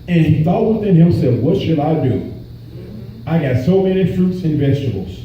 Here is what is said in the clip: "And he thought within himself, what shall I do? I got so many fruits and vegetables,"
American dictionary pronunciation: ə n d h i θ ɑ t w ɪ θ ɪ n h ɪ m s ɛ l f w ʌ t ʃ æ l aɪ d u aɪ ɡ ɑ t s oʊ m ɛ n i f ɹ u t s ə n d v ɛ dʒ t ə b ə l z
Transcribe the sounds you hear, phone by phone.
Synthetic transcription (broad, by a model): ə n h i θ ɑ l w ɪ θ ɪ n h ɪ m s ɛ f w ʌ t ʃ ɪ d aɪ d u aɪ ɡ ɑ t s oʊ m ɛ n i f ɹ u t s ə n v ɛ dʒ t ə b l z